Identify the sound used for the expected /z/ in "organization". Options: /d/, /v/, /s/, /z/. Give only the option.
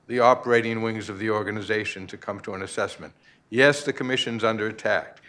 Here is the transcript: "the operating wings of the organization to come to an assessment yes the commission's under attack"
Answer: /z/